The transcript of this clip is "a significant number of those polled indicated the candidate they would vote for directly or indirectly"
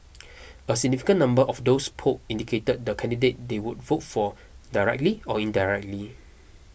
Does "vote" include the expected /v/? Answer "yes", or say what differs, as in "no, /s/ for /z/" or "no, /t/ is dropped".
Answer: yes